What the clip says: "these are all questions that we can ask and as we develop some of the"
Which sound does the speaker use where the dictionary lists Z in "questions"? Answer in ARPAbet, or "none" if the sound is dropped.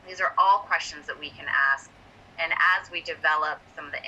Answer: Z